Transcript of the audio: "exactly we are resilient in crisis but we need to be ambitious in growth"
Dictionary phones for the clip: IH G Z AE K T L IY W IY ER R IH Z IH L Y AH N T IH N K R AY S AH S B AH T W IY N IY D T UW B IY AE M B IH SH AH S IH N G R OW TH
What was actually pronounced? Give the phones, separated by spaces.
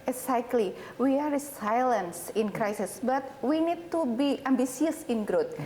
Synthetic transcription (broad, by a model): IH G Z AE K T L IY W IY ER R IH S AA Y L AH N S IH N K R AY S AH S B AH T W IY N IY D T UW B IY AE M B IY S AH S IH N G R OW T